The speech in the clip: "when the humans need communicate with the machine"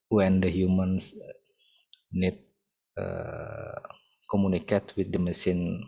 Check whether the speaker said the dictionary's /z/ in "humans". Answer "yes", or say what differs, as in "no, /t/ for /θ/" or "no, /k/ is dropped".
no, /s/ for /z/